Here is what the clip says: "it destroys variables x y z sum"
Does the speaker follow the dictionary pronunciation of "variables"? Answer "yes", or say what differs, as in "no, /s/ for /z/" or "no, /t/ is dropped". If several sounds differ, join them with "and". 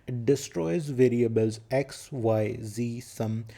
yes